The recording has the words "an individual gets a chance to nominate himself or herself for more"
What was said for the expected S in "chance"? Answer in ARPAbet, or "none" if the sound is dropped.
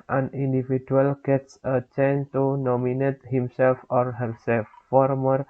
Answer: none